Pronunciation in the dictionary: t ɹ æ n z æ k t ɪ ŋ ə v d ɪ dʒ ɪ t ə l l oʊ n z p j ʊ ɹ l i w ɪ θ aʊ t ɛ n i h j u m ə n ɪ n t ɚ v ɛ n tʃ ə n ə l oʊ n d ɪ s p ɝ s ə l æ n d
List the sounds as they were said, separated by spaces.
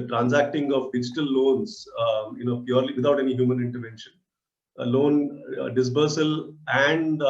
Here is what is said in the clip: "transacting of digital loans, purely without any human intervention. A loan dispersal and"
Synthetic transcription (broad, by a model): t ɹ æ n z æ k t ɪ ŋ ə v d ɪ dʒ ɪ t ə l l oʊ n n p j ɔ ɹ l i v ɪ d aʊ t ɛ n i h j u m ə n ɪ n t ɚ v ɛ n ʃ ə n ə l oʊ n d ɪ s b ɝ s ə l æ n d